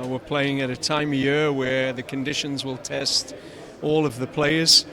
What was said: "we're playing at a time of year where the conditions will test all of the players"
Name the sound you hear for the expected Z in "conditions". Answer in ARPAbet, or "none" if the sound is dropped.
Z